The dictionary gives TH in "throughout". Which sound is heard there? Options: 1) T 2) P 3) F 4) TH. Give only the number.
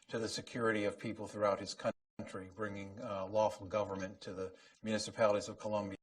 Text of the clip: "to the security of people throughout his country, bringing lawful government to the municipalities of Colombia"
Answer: 4